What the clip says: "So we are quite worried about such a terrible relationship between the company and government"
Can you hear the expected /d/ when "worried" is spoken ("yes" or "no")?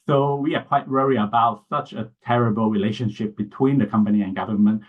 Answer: no